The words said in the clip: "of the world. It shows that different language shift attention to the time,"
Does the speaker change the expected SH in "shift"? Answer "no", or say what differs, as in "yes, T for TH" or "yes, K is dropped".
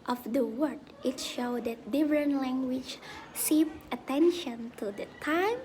yes, S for SH